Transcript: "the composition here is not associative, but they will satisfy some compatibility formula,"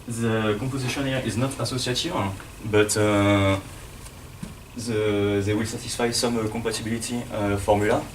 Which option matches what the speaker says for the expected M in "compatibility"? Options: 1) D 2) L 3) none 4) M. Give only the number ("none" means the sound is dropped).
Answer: 3